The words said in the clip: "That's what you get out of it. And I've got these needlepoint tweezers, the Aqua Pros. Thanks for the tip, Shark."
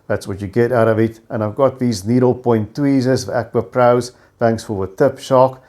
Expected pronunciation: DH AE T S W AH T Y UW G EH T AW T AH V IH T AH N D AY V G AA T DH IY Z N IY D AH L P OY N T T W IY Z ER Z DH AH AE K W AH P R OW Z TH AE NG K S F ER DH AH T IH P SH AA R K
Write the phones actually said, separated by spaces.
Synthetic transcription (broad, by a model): DH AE T S W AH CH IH G EH T AW T AH V IH T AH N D AY V G AA T DH IY Z N IY D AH L P OY N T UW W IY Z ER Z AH AE K W AH P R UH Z TH AE NG K S F ER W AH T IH P SH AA K